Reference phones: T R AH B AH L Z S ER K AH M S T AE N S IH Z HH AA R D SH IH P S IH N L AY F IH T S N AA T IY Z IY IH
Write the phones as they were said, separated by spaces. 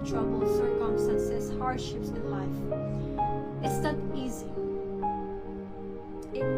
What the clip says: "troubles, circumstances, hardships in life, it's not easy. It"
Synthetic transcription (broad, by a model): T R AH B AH L S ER K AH M S T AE N S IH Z HH AA R D SH IH P S IH N L AY F IH T S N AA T IY Z IY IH